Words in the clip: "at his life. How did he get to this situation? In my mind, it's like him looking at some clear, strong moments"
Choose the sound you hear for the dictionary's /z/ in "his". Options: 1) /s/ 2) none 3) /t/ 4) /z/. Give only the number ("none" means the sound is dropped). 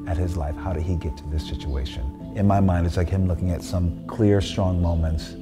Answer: 4